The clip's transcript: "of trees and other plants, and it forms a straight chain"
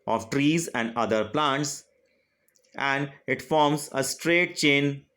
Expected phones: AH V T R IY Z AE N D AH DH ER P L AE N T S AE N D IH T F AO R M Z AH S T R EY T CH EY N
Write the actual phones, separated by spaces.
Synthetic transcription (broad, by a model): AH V T R IY Z AE N D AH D ER P L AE N T S AE N D IH T F AO R M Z AH S T R EY T CH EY N